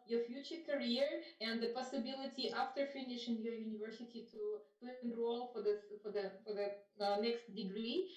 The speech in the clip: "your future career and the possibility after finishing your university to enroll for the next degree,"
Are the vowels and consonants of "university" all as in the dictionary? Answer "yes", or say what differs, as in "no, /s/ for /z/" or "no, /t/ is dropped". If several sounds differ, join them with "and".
yes